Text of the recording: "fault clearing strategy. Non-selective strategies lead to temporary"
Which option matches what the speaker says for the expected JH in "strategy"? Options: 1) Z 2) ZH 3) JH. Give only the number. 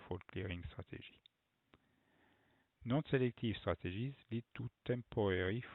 2